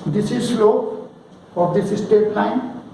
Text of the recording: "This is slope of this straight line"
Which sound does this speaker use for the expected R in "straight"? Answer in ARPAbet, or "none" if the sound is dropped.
none